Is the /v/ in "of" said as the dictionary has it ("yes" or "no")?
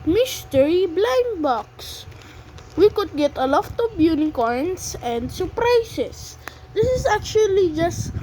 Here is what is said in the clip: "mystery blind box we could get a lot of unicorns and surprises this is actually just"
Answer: no